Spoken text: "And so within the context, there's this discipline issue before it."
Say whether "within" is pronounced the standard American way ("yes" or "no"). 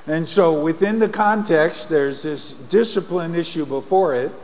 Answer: yes